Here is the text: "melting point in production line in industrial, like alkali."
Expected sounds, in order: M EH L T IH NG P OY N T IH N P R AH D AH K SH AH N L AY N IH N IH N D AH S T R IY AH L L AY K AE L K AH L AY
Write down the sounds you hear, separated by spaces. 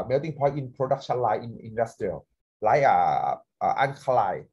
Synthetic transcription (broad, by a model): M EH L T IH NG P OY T IH N P R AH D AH K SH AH N L AY IH N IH N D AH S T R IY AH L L AY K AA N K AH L AY